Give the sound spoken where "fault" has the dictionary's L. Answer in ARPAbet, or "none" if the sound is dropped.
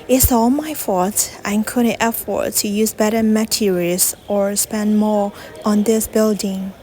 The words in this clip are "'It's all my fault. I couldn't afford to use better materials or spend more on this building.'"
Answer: none